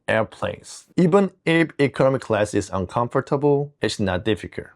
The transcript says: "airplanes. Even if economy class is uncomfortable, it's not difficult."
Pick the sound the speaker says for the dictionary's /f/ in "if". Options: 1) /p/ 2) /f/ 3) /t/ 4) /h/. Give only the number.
1